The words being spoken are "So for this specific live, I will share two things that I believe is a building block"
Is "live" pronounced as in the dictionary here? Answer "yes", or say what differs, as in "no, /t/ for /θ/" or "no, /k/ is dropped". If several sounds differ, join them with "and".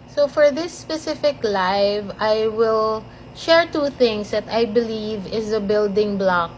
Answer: yes